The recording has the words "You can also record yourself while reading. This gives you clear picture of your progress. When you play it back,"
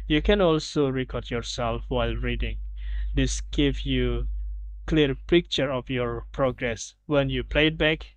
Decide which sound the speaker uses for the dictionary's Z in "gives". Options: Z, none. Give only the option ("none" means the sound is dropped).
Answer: none